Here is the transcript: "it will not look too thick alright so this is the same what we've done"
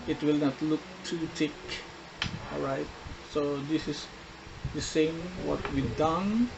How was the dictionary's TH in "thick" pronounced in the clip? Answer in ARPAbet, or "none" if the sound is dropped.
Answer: T